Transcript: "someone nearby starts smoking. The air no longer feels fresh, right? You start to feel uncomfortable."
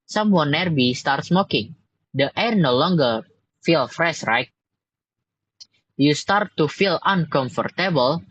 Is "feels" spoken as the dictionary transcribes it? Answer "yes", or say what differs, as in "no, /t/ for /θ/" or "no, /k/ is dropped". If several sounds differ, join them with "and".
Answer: no, /z/ is dropped